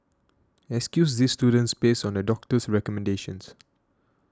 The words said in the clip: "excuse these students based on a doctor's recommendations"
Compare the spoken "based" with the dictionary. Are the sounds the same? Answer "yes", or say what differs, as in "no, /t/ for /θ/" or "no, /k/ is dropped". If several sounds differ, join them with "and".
no, /t/ is dropped